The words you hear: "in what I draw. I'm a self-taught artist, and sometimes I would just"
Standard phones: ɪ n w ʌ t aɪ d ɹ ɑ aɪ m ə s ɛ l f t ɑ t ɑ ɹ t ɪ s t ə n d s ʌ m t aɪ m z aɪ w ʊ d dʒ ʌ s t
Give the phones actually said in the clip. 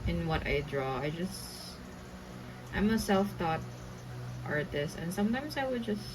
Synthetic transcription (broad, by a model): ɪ n w ʌ t aɪ d ɹ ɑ aɪ m ə s ɛ l f t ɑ t ɑ ɹ t ɪ s t ə n d s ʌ m t aɪ m s aɪ w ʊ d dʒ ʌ s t